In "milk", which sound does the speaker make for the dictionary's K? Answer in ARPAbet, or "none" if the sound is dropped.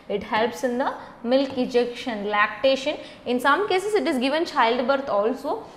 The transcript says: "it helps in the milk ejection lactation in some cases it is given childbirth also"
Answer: K